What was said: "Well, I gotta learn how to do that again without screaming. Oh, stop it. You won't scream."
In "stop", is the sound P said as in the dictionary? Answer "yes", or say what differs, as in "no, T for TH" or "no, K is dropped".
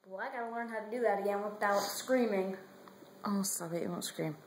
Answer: no, B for P